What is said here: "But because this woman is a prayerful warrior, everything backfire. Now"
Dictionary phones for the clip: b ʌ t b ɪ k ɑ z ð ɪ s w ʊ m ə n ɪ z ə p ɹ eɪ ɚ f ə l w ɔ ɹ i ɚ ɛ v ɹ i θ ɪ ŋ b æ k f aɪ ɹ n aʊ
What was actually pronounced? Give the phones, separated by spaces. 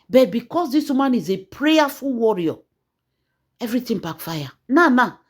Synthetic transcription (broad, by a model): b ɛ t b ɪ k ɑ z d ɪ s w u m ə n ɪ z ə p ɹ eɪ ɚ f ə l w ɔ ɹ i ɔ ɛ v ɹ i t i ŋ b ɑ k f aɪ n n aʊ